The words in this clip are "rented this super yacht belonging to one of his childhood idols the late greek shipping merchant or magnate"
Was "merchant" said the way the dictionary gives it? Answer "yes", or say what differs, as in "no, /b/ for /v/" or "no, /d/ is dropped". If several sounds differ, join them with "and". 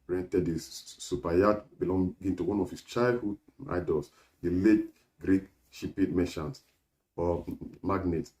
no, /ʃ/ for /tʃ/